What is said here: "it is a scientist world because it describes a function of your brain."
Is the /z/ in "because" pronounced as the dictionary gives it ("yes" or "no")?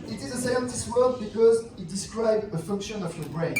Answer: yes